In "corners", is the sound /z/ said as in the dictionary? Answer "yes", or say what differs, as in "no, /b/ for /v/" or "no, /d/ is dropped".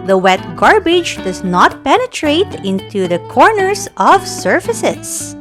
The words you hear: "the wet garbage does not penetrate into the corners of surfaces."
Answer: no, /s/ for /z/